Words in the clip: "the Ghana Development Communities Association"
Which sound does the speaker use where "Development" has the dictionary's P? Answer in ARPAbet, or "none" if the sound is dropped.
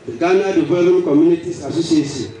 none